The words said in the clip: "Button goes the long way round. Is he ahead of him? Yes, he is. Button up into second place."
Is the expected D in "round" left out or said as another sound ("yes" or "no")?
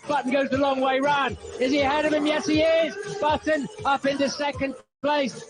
yes